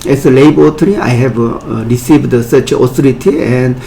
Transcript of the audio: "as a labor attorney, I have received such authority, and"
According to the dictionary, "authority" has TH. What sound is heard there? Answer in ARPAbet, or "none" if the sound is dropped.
S